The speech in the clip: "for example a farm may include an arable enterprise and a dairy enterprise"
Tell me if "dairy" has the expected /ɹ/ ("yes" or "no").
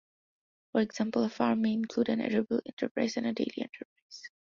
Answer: no